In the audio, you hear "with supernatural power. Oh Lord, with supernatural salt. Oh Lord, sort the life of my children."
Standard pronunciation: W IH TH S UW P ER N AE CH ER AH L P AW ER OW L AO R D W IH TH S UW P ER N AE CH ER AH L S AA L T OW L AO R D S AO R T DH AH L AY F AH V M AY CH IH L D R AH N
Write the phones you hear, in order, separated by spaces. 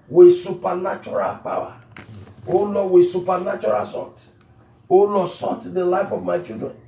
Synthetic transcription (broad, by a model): W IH S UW P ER N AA CH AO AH L P AW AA OW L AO W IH S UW P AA N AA CH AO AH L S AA T OW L AO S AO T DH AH L AY F AH V M AY CH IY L D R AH N